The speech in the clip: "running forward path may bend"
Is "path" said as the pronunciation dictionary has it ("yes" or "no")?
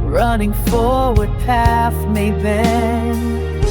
no